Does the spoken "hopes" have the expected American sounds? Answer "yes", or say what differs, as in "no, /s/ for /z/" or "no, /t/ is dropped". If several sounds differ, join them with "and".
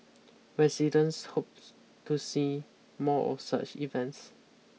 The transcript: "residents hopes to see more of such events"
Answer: no, /s/ is dropped